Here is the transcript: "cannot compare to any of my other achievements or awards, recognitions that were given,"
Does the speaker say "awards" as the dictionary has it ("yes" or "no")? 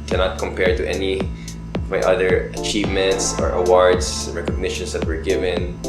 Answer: no